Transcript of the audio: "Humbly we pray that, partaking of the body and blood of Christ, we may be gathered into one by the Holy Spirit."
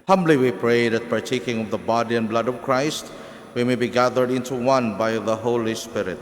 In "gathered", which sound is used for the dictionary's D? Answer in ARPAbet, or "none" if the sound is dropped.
D